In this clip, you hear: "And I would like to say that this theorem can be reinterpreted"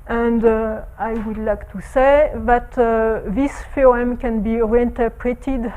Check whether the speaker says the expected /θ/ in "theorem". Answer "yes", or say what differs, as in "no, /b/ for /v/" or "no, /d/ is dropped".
no, /f/ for /θ/